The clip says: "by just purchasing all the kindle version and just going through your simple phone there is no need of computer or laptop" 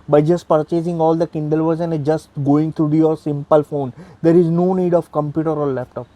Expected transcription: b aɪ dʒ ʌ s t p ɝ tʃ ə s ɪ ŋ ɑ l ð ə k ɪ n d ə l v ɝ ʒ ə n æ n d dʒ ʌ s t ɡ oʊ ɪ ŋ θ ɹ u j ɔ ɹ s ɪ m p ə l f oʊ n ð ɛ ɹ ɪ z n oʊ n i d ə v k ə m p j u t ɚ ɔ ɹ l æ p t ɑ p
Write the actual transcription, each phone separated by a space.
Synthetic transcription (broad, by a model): b aɪ dʒ ʌ s t p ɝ tʃ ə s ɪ ŋ ɑ l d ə k ɪ n d ə l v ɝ z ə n n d dʒ ʌ s t ɡ oʊ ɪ ŋ t ɹ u j ɔ ɹ s ɪ m p ə l f oʊ n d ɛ ɹ ɪ z n oʊ n i d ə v k ə m p j u t ɚ ɔ ɹ l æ p t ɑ p